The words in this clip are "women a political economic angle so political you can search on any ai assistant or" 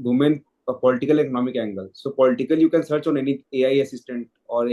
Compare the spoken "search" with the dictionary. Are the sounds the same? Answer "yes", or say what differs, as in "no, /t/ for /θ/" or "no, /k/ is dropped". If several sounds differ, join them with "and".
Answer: yes